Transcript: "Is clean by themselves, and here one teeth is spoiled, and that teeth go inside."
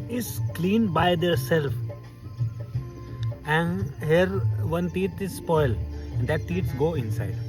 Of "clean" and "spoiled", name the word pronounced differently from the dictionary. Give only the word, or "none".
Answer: spoiled